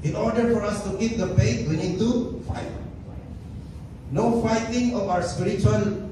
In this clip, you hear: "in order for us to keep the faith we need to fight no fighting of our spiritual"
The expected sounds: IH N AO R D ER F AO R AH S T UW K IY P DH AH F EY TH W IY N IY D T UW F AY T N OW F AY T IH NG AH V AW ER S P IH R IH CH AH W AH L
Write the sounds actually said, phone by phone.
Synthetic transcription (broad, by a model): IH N AO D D F AO R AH S T UW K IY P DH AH P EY T W IY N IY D T UW F AY T N OW F AY T IH NG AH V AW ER S P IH R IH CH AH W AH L